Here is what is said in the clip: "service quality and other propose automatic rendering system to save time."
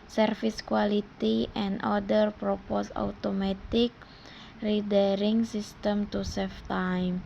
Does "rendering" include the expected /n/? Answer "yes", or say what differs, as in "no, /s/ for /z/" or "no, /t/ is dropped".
no, /n/ is dropped